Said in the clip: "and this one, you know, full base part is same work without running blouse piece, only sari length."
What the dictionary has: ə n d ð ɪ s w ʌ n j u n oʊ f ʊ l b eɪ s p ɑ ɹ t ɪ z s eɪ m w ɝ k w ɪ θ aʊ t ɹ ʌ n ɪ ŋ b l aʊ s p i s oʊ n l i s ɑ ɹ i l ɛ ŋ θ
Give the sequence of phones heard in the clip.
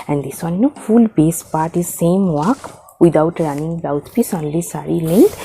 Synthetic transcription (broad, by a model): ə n d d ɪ s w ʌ n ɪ n oʊ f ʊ l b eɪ s p ɑ ɹ t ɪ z s eɪ m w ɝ k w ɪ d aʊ t ɹ ʌ n ɪ ŋ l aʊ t p i s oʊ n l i s ɑ ɹ i l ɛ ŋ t